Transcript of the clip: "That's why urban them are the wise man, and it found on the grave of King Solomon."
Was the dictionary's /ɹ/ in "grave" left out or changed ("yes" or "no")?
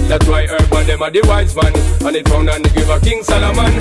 yes